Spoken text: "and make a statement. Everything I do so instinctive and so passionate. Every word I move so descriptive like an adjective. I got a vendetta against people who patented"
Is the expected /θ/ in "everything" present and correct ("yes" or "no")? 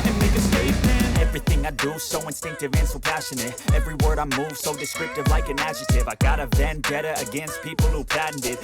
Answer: yes